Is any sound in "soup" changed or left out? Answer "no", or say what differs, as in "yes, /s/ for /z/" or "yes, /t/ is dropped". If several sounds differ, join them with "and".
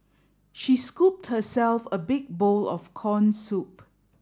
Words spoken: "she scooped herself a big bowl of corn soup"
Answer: no